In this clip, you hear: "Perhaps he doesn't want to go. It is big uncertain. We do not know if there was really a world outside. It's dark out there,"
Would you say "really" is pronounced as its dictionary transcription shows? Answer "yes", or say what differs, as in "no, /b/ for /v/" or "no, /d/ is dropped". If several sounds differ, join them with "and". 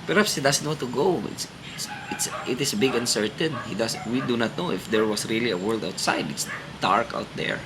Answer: yes